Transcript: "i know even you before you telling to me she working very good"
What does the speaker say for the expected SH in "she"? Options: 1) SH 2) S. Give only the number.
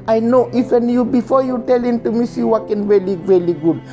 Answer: 2